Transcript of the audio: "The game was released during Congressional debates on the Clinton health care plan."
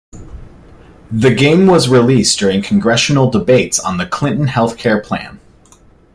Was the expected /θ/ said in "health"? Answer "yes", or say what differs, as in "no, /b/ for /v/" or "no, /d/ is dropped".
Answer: yes